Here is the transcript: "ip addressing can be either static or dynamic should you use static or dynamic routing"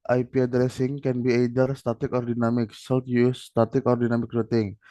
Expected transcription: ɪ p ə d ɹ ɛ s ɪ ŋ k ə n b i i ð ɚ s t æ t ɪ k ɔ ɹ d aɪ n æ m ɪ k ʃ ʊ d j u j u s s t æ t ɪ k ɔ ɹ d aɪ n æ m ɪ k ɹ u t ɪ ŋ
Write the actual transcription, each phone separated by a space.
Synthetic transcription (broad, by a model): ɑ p ə d ɹ ɛ s ɪ ŋ k ə n b i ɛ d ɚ s t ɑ t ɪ k ɔ ɹ d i n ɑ m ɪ k s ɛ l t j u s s t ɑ t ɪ k ɔ ɹ d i n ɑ m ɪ k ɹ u t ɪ ŋ